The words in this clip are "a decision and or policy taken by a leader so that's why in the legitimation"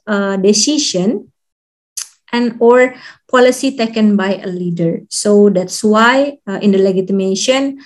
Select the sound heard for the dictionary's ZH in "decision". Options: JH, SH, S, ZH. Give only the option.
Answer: SH